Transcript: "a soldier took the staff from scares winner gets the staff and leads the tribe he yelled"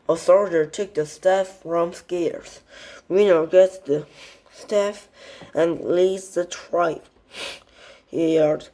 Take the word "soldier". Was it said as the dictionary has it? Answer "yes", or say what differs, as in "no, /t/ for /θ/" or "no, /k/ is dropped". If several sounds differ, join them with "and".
no, /θ/ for /s/